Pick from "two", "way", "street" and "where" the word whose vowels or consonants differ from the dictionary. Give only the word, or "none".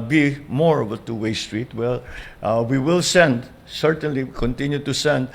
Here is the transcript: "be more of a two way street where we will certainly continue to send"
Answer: where